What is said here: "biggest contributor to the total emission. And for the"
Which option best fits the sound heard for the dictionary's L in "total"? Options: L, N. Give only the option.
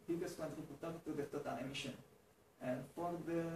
N